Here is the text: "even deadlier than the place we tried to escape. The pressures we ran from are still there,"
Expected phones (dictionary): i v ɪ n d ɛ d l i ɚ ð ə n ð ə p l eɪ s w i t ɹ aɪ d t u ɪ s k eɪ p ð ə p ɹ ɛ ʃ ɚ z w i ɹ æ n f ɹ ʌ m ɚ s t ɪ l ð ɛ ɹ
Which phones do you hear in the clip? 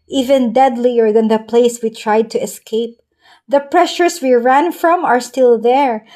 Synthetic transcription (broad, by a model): i v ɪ n d ɛ d l i ɚ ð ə n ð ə p l eɪ s w i t ɹ aɪ d t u ɪ s k eɪ p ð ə p ɹ ɛ ʃ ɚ s w i ɹ æ n f ɹ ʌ m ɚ s t ɪ l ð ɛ ɹ